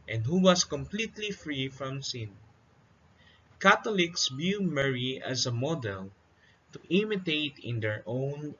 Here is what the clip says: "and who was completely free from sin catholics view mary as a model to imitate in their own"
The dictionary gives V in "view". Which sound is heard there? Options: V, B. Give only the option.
B